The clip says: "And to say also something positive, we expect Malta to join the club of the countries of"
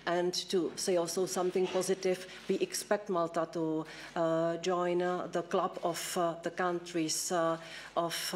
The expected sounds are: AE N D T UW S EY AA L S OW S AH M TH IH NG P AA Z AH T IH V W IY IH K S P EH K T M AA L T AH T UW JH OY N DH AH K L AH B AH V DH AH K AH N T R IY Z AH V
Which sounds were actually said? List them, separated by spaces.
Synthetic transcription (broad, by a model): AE N T UW S EY AA L S OW S AH M TH IH NG P AA Z AH T IH V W IY IH K S P EH K T M AA L T AH T UW JH OY N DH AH K L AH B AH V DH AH K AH N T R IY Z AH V